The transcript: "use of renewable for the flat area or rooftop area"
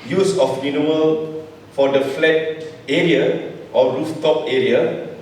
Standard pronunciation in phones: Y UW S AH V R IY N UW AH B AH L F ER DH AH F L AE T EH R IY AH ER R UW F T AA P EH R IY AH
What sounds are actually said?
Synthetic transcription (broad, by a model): Y UW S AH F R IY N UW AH AH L F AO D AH F L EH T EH R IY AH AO R UW F T AA P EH R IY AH